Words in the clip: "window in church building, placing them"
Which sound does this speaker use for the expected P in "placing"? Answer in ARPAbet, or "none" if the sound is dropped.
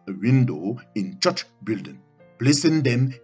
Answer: B